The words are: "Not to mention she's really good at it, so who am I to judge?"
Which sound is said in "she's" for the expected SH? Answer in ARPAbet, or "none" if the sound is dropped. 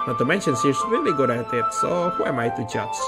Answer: S